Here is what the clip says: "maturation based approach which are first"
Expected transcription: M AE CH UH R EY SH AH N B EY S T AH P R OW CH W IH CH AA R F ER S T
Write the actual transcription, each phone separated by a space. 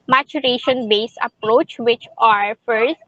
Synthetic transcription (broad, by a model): M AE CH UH R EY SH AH N B EY S AH P R OW CH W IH CH AA R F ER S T